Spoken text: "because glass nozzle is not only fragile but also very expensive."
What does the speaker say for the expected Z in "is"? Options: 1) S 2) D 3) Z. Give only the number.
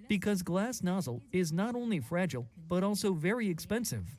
3